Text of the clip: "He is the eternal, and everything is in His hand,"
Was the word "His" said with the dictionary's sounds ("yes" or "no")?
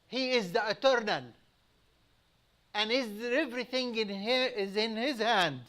yes